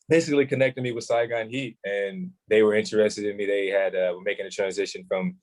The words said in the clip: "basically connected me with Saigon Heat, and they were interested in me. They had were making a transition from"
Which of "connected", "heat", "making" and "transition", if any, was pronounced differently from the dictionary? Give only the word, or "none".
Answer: none